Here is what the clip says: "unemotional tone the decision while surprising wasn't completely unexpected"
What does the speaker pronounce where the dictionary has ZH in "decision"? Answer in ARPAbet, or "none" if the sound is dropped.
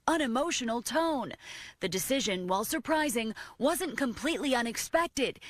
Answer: ZH